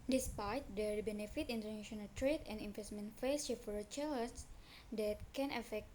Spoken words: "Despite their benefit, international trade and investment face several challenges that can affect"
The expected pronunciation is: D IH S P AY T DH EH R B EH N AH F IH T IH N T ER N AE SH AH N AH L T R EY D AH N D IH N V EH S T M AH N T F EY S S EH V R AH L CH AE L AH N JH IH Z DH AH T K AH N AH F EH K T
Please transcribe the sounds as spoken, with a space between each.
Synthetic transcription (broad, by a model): D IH S P AY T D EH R B EH N AH F IH T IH N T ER N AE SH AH N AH L T R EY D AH N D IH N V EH S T M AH N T F EY S SH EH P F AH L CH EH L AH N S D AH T K AH N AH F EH K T